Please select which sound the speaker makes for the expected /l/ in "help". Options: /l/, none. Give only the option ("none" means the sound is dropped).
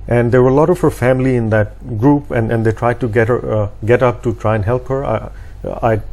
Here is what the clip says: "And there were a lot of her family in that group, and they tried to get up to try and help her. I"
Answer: /l/